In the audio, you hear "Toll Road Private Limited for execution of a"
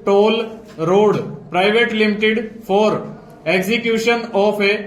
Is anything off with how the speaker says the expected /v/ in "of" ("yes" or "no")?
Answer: yes